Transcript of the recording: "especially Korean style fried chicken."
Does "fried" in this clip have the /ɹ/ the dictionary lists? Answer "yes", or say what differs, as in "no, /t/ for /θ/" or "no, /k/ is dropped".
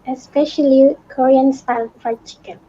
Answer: no, /ɹ/ is dropped